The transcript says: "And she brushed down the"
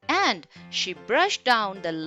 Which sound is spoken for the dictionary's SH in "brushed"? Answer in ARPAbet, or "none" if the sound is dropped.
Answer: SH